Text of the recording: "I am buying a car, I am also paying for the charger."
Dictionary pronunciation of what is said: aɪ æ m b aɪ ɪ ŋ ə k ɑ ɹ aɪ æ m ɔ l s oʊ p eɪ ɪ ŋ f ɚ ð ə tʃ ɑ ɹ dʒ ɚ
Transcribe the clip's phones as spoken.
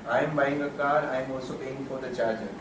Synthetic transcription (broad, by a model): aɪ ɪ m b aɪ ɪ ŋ ə k ɑ ɹ aɪ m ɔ s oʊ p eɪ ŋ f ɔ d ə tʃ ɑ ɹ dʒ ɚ